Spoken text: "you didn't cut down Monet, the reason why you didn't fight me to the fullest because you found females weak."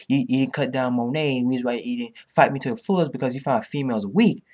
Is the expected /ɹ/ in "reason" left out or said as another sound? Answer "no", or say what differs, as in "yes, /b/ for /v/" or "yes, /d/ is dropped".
yes, /w/ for /ɹ/